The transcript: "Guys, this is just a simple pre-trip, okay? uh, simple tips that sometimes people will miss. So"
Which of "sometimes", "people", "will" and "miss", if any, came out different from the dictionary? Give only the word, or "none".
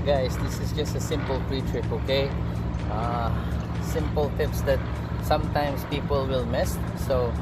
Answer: sometimes